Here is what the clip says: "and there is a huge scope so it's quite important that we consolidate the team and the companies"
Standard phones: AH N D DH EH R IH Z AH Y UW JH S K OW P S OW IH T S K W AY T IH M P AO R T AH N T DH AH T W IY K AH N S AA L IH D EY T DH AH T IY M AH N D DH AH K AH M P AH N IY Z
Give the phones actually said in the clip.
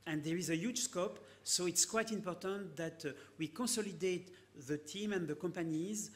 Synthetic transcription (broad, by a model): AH N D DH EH R IH Z AH Y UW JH S K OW P S OW IH T S K W AY T IH M P AO R T AH N T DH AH T W IY K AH S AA L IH D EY T DH AH T IY M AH N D DH AH K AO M P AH N IY Z